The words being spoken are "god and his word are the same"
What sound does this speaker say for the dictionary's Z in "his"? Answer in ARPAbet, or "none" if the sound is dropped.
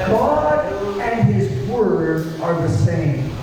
Z